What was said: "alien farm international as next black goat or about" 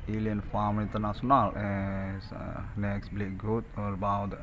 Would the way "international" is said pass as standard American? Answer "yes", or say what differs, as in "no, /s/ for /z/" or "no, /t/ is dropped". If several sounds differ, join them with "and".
no, /s/ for /ʃ/